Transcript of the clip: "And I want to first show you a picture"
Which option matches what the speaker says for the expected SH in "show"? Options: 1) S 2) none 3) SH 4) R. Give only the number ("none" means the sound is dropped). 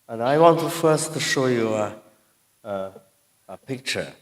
3